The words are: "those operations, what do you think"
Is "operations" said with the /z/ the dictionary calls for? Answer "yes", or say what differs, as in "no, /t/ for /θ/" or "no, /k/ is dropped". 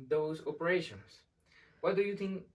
no, /s/ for /z/